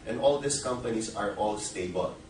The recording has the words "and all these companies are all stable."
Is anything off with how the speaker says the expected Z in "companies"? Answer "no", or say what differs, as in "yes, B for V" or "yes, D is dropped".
yes, S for Z